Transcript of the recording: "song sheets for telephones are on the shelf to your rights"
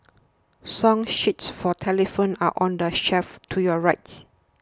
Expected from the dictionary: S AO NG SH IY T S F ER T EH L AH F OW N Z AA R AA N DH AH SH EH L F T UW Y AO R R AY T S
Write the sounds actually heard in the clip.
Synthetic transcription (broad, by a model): S AO NG SH IY T S F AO T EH L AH F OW N AA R AA N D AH SH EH F T UW Y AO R R AY T S